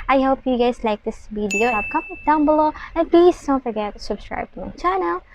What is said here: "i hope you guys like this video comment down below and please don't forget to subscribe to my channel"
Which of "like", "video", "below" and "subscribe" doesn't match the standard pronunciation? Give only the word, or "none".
video